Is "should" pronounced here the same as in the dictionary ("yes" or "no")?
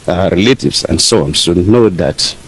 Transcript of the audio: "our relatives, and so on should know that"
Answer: no